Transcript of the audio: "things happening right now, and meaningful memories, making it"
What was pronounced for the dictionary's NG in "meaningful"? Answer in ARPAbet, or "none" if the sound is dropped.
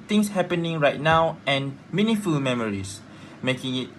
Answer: none